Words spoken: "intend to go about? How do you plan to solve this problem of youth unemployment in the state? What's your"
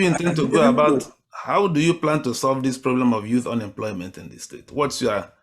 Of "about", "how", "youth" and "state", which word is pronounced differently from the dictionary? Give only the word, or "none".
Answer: none